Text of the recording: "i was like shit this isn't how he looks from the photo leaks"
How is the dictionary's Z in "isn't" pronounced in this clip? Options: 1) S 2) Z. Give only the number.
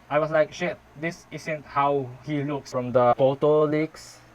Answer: 1